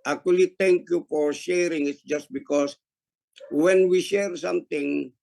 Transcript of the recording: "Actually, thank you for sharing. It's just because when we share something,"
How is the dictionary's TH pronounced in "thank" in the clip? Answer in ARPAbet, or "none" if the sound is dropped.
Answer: T